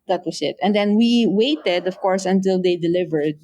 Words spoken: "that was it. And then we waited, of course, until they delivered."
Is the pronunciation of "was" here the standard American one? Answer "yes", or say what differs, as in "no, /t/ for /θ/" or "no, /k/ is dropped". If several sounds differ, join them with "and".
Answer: no, /s/ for /z/